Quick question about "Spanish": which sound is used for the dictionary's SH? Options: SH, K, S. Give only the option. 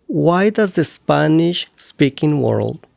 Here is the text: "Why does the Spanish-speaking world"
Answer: SH